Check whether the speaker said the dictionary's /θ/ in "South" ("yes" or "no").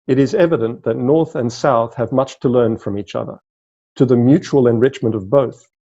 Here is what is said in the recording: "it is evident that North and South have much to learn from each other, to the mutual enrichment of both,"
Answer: yes